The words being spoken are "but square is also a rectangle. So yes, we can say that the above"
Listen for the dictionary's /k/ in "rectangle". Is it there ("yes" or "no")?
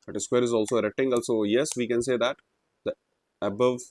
no